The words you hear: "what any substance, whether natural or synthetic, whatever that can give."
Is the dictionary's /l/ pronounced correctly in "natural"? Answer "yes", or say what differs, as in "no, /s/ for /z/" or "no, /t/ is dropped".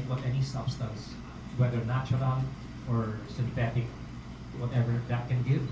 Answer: no, /n/ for /l/